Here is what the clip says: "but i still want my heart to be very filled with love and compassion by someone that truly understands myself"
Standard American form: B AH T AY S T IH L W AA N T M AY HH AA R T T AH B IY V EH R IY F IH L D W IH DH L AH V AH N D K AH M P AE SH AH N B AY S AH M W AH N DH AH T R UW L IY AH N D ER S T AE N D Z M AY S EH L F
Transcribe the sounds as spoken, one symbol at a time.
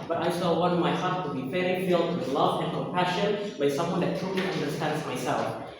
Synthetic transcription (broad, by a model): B AH T AY S T IH L W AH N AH M AY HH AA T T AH B IY F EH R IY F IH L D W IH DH L AH V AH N K AH M P AE SH AH N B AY S AH M W AH N DH AH T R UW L IY AH N D ER S T AE N D Z M AY S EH L F